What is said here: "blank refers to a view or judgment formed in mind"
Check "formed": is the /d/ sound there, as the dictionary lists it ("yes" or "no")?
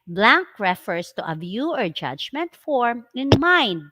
no